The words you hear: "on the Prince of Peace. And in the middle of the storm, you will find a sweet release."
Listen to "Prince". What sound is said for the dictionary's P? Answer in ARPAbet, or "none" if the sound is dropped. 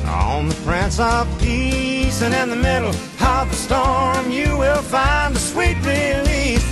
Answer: F